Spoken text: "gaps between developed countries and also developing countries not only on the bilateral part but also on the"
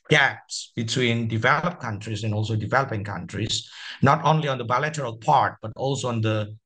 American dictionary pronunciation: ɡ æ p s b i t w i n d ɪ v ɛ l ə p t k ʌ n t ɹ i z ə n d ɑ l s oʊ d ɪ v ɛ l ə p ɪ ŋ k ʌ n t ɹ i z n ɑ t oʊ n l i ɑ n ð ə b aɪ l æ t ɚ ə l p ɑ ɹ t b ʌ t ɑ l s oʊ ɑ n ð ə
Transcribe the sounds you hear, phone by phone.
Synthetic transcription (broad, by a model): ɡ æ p s b i t w i n d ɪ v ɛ l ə p k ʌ n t ɹ i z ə n ɑ l s oʊ d ɪ v ɛ l ə p ɪ ŋ k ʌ n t ɹ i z n ɑ t oʊ n l i ɑ n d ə b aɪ l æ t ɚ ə l p ɑ ɹ t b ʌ t ɑ l s oʊ ɑ n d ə